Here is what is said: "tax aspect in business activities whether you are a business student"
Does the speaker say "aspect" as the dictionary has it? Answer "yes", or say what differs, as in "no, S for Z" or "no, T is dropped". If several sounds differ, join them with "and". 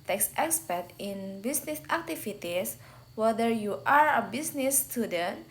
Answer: no, K is dropped